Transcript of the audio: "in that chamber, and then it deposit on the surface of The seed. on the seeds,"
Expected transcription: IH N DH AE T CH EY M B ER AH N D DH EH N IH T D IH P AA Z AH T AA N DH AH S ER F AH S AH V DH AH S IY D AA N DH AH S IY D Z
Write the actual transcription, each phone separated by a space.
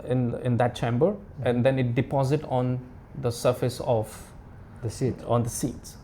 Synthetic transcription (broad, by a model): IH N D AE T CH EY M B ER AH N D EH N IH T D IH P AA Z AH T AA N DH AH S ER F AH S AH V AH S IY AA N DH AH S IY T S